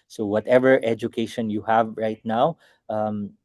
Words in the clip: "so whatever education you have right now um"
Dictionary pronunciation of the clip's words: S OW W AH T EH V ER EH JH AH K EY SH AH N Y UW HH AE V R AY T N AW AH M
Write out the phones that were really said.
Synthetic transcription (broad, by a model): S OW W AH T EH V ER EH JH AH K EY SH AH N Y UW HH AE V R AY T N AW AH M